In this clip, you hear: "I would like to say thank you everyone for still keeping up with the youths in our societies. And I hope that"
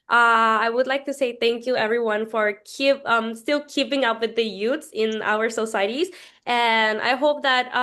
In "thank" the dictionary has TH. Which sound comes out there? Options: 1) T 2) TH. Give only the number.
2